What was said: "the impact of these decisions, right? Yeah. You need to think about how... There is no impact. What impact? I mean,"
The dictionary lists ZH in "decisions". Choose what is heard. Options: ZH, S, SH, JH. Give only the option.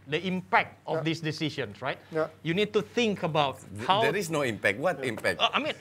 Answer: SH